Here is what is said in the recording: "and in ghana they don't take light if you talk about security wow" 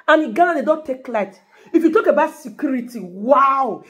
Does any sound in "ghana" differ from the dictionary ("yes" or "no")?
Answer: yes